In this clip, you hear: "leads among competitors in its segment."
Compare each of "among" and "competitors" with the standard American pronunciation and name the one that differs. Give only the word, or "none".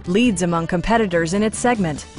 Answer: none